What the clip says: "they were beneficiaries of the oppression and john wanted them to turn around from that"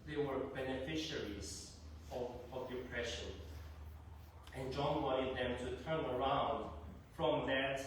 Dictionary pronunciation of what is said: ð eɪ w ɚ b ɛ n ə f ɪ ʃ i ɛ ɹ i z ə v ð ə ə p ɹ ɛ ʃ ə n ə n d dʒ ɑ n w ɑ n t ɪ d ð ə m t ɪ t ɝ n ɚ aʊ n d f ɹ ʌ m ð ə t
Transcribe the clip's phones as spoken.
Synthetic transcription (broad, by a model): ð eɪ w ɚ b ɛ n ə f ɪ ʃ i ɹ i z ə v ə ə p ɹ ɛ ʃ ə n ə n dʒ ɑ n w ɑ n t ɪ d ð ə m t ɪ t ɝ n ɚ aʊ n d f ɹ ʌ m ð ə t